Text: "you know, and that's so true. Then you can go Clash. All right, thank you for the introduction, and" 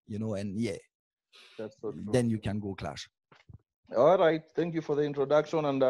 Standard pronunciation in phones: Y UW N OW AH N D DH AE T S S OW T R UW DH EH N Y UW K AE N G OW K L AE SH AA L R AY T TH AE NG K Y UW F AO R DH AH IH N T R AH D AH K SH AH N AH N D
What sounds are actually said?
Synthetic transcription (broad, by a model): Y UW N OW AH N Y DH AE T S S OW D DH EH N Y UW K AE N G OW K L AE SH AA L R AY T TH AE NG K Y UW F AO R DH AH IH N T R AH D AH K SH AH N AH N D